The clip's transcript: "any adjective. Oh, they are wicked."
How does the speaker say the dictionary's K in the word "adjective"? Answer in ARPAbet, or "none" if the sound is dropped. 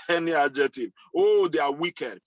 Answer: none